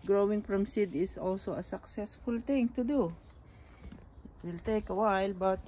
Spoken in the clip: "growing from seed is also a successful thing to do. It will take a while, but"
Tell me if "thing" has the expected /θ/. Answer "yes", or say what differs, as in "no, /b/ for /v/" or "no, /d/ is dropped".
no, /t/ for /θ/